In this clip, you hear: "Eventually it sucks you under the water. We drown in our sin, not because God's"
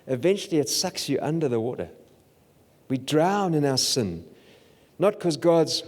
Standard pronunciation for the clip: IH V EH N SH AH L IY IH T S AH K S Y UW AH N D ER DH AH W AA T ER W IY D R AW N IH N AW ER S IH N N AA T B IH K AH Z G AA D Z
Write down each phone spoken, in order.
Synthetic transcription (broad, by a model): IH V EH N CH L IY IH T S AH K S Y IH AH N D ER DH AH W AA T ER W IY D R AW N IH N AW ER S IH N N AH T K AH Z G AA D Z